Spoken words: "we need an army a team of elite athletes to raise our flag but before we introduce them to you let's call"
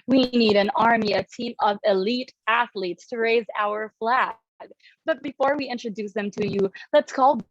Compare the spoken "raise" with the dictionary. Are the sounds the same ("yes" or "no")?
yes